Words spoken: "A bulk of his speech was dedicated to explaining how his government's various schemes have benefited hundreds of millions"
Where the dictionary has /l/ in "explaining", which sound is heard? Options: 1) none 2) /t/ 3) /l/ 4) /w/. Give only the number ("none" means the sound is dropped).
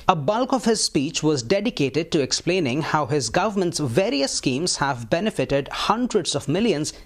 3